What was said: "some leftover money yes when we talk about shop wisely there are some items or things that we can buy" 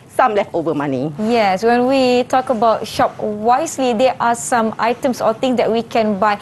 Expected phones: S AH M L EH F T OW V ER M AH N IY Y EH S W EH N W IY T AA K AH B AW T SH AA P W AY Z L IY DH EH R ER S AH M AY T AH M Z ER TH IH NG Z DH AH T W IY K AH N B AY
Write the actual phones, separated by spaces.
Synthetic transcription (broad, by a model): S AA M L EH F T OW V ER M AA N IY Y EH S W EH N W IY T AA K AH B AW T SH AA P W AY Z L IY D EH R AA S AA M AY T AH M S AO T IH NG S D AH T W IY K AH N B AY